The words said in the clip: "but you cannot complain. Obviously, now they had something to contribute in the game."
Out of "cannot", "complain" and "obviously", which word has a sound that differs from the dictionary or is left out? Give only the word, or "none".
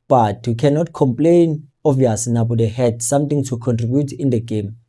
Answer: obviously